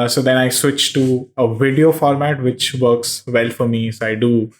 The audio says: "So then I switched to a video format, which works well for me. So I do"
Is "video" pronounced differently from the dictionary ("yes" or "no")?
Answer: no